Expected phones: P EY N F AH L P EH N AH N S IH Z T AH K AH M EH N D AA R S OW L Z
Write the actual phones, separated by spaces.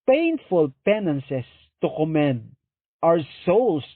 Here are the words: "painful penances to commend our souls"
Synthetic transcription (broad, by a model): P EY N F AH L P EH N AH N S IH S T AH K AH M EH N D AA W S OW L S